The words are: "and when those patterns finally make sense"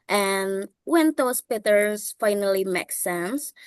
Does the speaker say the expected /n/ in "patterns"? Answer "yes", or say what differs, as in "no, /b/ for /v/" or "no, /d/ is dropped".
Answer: no, /n/ is dropped